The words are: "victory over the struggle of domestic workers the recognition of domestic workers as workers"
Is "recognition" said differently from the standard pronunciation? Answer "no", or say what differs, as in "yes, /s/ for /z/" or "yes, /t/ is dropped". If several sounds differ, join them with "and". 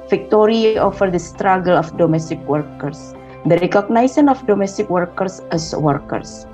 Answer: yes, /s/ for /ʃ/